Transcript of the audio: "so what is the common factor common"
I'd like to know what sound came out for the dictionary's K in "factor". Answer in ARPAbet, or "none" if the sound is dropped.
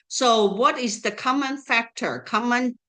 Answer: K